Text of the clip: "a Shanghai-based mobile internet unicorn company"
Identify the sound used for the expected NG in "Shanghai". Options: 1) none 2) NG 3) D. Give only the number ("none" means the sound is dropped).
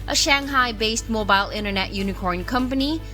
2